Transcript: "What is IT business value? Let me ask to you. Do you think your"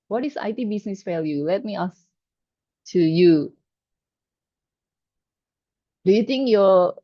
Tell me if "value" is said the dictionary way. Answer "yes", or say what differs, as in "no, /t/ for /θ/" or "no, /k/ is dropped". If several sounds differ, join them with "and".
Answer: no, /f/ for /v/